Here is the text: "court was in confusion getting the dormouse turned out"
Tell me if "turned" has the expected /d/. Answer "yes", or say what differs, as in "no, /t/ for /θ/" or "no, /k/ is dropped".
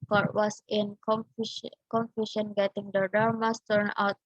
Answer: no, /d/ is dropped